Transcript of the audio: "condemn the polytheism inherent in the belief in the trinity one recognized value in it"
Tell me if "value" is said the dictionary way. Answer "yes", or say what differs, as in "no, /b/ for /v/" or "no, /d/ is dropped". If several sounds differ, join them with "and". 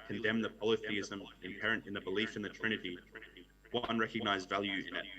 yes